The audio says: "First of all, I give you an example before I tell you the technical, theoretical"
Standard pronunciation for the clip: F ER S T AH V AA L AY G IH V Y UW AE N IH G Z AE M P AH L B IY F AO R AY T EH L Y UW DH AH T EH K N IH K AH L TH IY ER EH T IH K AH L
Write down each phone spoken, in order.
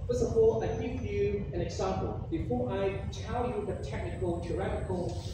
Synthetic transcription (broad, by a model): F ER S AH P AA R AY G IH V Y UW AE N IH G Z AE M P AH L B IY F AO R AY T EH L Y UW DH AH T EH K N IH K AH L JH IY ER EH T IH K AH L